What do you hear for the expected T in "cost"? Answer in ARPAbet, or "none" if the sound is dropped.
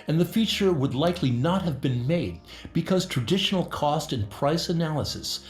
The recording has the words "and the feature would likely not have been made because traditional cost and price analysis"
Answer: T